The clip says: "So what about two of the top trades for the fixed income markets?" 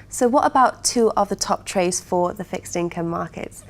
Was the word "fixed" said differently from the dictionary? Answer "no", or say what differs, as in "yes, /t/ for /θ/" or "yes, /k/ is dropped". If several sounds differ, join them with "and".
no